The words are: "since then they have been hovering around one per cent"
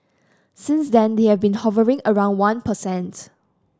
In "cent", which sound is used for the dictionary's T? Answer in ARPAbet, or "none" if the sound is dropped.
T